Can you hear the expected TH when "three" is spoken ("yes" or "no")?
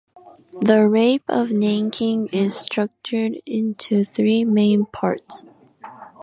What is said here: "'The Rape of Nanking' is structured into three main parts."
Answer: yes